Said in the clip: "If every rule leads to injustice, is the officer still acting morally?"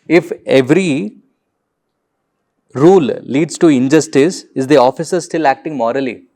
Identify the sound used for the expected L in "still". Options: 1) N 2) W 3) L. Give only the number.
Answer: 3